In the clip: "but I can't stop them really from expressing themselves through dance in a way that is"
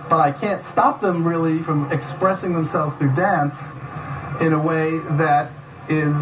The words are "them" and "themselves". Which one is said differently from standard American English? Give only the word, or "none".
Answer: none